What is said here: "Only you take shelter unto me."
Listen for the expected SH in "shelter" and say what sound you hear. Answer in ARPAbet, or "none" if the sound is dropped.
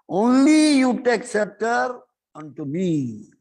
S